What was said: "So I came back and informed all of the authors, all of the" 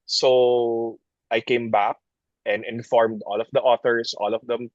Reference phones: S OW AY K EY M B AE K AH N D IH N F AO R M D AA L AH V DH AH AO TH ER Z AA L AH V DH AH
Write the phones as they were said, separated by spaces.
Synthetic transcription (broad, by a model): S OW AY K EY M B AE K AH N D IH N F AO R M D AA L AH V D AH AO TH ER S AA L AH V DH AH